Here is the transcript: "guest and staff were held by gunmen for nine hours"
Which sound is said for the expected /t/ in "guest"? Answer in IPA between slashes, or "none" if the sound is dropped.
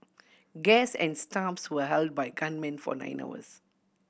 none